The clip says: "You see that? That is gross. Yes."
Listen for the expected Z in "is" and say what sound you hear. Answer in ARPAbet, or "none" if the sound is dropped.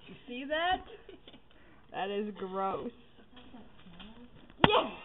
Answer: Z